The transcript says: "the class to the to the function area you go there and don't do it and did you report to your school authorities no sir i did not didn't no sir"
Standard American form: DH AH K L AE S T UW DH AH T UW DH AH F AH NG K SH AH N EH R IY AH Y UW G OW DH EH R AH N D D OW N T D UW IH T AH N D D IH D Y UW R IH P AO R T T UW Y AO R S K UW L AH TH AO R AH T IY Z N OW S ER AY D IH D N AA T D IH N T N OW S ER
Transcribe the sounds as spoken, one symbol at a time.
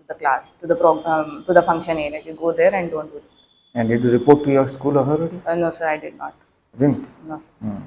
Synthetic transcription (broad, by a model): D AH K L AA S T UW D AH T UW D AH F AH NG K SH AH N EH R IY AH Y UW G OW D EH R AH N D D OW N T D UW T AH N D D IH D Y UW R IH P AO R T T UW Y AO R S K UW L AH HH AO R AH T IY N OW S ER AY D IH D N AA T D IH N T N OW S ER